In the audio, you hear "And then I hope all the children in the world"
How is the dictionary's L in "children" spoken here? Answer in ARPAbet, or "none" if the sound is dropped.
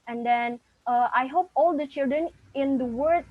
L